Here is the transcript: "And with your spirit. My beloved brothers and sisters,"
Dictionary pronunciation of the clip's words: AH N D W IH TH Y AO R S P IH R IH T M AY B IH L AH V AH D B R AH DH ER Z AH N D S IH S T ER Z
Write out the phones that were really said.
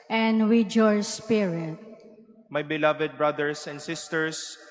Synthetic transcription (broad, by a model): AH N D W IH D Y AO R S P IH R IH T M AY B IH L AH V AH D B R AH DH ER S AH N D S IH S T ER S